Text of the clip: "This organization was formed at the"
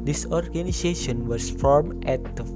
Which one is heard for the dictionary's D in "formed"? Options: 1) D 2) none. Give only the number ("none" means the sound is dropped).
2